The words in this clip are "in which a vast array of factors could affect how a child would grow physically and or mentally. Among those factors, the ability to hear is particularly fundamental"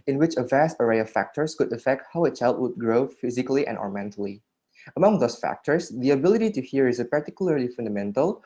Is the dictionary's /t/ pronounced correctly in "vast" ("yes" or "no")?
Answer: yes